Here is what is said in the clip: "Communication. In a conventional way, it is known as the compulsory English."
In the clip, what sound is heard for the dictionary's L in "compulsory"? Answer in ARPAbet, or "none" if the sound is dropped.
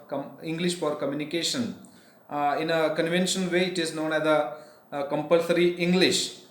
L